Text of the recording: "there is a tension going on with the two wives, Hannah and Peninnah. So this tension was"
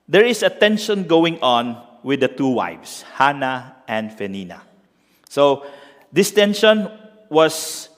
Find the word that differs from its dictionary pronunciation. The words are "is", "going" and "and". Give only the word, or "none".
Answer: is